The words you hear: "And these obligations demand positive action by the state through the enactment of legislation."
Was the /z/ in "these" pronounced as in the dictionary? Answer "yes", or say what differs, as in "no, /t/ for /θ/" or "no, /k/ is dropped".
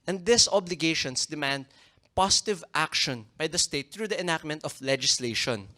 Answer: no, /s/ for /z/